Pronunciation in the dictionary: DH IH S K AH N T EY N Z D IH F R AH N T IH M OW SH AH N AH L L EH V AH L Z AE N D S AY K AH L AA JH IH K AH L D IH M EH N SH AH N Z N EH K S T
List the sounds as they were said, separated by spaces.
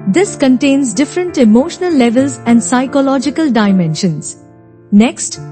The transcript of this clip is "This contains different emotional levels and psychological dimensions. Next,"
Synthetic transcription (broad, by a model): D IH S K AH N T EY N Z D IH F R AH N T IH M OW SH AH N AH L L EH V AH L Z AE N D S AY K AH L AA JH IH K AH L D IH M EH N SH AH N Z N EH K S T